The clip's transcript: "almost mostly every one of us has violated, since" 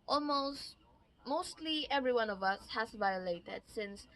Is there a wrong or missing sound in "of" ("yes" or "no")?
no